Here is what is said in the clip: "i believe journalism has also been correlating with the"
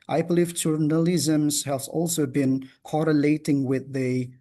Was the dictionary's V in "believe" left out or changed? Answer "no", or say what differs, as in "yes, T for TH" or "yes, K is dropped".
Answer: yes, F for V